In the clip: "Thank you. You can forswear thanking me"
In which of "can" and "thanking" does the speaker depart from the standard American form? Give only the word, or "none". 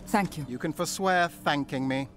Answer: none